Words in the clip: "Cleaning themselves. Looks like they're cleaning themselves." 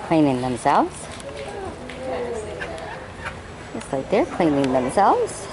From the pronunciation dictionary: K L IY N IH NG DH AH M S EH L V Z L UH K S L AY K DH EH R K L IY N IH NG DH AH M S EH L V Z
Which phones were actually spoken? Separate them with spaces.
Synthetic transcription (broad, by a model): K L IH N IH NG DH AH M S EH L V Z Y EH S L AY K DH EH R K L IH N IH NG DH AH M S EH L V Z